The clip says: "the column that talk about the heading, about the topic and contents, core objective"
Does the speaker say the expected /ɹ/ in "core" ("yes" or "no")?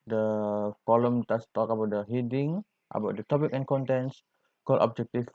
no